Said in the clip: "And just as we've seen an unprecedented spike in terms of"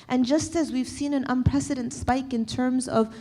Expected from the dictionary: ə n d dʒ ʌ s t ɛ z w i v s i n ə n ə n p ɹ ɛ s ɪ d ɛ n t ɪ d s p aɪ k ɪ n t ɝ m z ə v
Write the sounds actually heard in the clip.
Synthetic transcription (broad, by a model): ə n dʒ ʌ s t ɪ z w i v s i n ə n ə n p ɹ ɛ s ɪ d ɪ n t s p aɪ k ɪ n t ɝ m z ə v